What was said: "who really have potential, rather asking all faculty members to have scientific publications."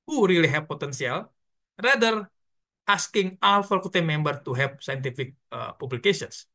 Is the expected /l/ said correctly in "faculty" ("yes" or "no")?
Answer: no